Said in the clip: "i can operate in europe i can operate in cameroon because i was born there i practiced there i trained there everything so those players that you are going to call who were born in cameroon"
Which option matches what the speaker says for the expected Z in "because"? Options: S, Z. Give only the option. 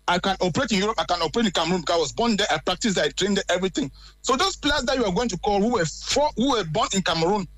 S